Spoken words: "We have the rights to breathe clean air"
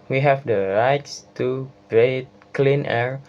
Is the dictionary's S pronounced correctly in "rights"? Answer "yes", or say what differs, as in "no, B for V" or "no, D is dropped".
yes